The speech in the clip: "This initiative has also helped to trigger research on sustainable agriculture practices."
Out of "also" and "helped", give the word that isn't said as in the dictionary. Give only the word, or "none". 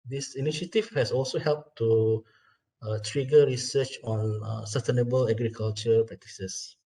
none